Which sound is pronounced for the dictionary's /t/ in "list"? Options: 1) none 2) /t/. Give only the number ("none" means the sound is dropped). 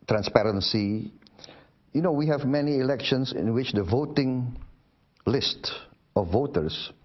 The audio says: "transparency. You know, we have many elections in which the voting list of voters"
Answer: 2